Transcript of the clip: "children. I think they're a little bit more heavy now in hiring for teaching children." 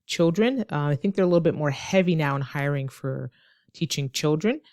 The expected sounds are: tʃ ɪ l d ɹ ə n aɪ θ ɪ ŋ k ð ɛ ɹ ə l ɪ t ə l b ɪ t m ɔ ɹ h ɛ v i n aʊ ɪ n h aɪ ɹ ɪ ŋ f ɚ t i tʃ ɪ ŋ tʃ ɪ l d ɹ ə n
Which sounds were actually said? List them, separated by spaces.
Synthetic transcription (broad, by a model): tʃ ɪ l d ɹ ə n aɪ θ ɪ ŋ k ð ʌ ɹ ə l ɪ t l b ɪ t m ɔ ɹ h ɛ v i n aʊ ɪ n h aɪ ɹ ɪ ŋ f ɚ t i tʃ ɪ ŋ tʃ ɪ l d ɹ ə n